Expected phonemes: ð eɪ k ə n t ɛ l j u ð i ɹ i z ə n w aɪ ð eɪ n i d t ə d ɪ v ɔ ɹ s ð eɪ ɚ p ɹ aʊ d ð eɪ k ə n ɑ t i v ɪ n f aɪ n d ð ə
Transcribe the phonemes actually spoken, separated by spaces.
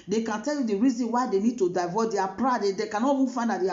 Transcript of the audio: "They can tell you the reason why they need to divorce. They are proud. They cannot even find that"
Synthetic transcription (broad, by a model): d eɪ k ə n t ɛ l j u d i ɹ i z ə n w aɪ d eɪ n i d t ə d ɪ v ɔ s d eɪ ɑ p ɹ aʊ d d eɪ k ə n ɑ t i f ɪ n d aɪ d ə